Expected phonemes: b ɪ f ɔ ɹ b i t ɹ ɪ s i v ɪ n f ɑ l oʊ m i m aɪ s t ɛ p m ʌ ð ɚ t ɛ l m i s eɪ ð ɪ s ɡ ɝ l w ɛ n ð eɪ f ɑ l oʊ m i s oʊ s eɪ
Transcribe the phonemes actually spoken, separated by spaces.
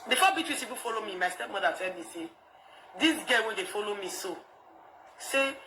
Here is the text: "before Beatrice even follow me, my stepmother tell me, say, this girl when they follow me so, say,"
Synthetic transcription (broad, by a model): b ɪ f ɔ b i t w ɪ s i p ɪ f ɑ l oʊ m i m aɪ s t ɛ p m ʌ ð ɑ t ɛ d m i s eɪ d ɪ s ɡ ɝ w ɛ n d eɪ f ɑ l oʊ m i s oʊ s eɪ